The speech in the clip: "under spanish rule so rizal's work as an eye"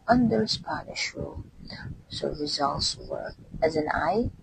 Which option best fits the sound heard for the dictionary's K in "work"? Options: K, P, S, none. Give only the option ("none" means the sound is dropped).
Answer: none